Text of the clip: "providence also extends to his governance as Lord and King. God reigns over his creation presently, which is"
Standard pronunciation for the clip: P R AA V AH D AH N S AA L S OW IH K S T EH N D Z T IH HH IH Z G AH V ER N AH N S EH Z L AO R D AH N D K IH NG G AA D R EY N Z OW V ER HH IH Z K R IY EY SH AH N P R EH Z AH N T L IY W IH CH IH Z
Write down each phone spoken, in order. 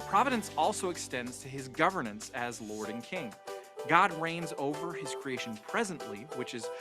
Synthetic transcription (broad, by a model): P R AA V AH D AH N S AA L S OW IH K S T EH N D Z T IH IH Z G AH V ER N AH N S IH Z L AO R D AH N K IH NG G AA D R EY N Z OW V ER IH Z K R IY EY SH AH N P R EH Z AH N T L IY W IH CH IH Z